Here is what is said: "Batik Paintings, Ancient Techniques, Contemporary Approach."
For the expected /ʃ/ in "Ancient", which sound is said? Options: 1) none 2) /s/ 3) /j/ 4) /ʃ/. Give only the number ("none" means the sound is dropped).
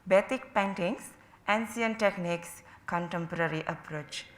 2